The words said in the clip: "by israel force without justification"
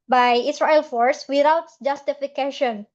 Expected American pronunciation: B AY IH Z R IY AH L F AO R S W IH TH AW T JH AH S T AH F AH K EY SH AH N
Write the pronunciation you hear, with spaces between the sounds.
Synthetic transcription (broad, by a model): B AY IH S R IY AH L F AO R S W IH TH AW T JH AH S T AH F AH K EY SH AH N